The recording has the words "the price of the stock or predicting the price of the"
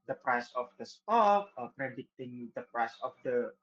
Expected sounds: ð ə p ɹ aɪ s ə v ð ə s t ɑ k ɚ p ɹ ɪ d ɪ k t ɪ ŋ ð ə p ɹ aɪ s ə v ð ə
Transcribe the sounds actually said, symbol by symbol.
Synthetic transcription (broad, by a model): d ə p ɹ aɪ s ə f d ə s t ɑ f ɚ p ɹ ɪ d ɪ t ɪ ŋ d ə p ɹ aɪ s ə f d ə